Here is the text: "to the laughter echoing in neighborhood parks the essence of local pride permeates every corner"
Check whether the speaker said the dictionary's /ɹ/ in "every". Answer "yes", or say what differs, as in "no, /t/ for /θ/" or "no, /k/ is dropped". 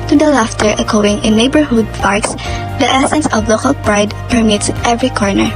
yes